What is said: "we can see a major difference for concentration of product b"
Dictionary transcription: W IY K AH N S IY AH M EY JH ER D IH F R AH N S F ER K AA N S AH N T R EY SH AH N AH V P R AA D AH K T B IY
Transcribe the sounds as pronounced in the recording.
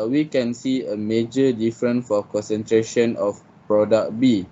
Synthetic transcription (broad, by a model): W IY K AH N S IY AH M EY JH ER D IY F R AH N F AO K AA N S AH N T R EY SH AH N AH F P R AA D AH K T B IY